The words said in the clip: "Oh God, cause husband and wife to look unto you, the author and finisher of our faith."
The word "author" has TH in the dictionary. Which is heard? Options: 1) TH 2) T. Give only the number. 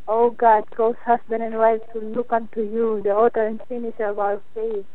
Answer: 2